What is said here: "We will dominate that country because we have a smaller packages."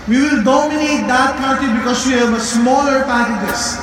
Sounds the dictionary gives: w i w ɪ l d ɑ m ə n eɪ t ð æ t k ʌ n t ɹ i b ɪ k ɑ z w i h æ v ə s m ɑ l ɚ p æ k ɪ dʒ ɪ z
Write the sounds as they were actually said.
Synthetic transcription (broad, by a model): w i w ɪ l d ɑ m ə n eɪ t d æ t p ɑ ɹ t i b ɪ k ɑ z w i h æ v ə s m ɑ l ɚ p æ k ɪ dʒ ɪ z